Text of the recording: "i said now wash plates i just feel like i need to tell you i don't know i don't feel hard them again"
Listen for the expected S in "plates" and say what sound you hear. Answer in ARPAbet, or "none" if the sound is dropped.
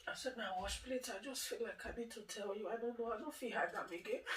none